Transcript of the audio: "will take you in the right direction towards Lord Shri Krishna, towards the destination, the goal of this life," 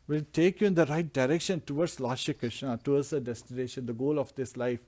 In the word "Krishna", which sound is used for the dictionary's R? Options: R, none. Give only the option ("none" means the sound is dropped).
R